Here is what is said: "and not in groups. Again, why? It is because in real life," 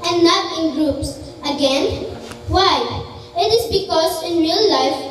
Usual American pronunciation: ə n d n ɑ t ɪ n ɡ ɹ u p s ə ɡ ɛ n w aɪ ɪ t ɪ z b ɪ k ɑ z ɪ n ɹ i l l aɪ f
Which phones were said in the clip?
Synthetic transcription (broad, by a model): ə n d n ɑ t ɪ n ɡ ɹ u p s ə ɡ ɛ n w aɪ ɪ t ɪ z b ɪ k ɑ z ɪ n ɹ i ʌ l aɪ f